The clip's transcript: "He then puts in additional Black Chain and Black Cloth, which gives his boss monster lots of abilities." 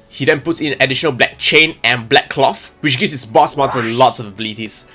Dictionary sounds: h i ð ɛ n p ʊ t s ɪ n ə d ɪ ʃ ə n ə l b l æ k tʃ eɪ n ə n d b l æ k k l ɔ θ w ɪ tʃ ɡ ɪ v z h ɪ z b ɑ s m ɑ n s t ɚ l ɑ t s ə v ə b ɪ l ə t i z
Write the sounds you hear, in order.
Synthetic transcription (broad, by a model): h i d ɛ n p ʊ t s ɪ n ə d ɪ ʃ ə n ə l b l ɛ k tʃ eɪ n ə n b l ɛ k k l ɔ f w ɪ tʃ ɡ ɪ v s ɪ s b ɑ s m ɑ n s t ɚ l ɑ t s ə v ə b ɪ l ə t i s